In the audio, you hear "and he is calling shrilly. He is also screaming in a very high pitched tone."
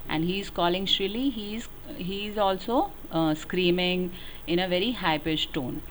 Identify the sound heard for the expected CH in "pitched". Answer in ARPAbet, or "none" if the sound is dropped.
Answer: S